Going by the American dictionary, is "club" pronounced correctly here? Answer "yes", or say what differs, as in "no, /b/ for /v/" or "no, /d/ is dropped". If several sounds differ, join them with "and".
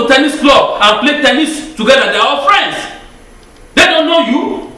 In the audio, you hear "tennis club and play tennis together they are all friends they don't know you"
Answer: no, /b/ is dropped